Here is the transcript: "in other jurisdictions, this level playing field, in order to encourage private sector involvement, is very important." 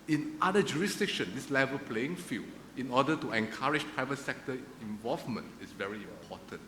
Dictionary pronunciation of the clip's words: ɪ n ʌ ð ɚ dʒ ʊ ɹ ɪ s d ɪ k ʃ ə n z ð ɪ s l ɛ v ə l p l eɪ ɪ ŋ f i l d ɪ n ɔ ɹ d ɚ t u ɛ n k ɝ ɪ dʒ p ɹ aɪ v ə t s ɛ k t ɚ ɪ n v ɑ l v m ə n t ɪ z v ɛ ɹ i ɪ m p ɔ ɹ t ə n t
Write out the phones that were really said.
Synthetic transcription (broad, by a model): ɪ n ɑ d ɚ dʒ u ɹ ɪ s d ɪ k ʃ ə n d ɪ s l ɛ v ə l p l eɪ ɪ ŋ f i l ɪ n ɔ d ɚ t u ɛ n k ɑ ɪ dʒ p ɹ aɪ v ə t s ɛ k t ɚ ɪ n v ɑ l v m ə n t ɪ s v ɛ ɹ i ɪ m p ɔ t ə n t